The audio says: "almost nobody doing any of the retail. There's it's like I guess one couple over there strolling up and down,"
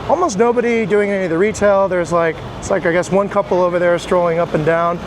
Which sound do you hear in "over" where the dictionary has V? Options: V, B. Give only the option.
V